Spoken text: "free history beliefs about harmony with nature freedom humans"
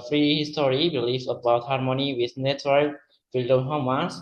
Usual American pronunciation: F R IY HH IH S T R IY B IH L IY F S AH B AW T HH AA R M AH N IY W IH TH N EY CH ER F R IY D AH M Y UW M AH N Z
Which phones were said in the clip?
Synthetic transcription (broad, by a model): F R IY HH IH S T R IY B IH L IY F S AH B AW T HH AA R M AH N IY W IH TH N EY S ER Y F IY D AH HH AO M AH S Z